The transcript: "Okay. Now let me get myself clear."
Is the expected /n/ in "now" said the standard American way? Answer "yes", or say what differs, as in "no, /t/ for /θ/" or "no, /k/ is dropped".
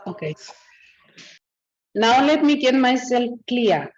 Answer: yes